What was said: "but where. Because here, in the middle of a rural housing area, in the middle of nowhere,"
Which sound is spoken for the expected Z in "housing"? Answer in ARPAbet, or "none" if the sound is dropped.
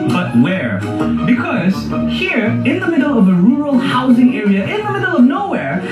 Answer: Z